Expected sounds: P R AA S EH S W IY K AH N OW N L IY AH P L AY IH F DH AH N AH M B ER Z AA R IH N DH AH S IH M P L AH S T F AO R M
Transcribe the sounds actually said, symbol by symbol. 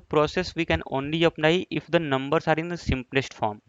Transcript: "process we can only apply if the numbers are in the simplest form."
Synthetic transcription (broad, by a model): P R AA S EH S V IY K AH N OW N L IY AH P N AY IH F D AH N AH M B ER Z AA R IH N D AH S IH M P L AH S T F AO R M